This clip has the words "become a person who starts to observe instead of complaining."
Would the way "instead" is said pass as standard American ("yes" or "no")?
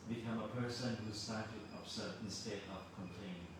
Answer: yes